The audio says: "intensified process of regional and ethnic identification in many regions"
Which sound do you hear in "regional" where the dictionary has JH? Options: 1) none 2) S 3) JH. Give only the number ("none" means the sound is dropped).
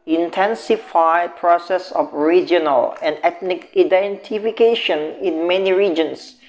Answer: 3